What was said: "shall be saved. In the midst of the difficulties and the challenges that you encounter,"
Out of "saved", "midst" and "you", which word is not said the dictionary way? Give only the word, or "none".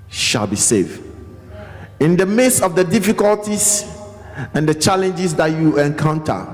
midst